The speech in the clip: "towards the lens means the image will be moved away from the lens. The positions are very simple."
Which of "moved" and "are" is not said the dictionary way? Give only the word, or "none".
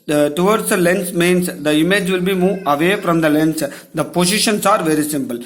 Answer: moved